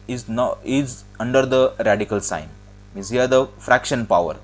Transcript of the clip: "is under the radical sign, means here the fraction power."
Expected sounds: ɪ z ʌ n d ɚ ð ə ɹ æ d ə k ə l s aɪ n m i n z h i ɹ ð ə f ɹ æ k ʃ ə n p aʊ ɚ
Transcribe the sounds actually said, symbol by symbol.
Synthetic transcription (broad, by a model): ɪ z ʌ n d ɚ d ə ɹ æ d ə k ə l s aɪ n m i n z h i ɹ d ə f ɹ æ k ʃ ə n p aʊ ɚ